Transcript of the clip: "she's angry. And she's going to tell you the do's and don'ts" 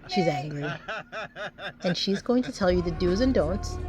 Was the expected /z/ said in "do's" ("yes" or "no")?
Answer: yes